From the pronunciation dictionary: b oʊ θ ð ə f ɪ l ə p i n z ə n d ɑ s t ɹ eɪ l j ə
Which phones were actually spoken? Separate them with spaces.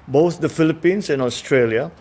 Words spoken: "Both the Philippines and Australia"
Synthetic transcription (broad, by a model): b oʊ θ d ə f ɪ l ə p i n s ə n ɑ s t ɹ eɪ l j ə